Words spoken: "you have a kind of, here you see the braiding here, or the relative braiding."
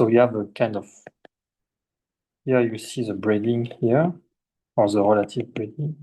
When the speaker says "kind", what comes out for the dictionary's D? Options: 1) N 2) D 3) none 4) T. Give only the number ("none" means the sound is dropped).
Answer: 2